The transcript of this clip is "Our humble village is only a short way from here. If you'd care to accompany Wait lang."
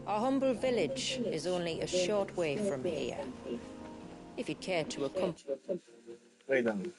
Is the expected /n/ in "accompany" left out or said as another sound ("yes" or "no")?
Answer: yes